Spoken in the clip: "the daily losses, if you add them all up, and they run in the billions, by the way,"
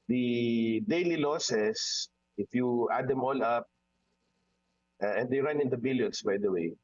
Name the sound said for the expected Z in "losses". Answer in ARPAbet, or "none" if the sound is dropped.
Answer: S